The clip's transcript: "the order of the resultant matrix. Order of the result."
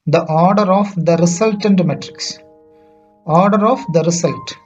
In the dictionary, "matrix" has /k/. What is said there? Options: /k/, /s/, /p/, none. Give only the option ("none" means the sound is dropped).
/k/